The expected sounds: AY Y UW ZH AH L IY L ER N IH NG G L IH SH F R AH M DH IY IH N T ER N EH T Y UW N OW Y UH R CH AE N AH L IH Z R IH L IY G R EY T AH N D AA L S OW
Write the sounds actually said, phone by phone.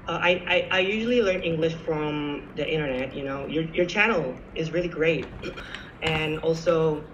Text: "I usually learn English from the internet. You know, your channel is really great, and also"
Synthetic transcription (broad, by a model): AY Y UW ZH L IY L ER N IH NG G L IH SH F R AH M DH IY IH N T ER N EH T Y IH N OW Y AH R CH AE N L IH Z R IH L IY G R EY T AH N AA L S OW